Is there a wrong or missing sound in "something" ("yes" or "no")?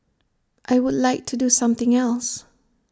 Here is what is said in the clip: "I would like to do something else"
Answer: no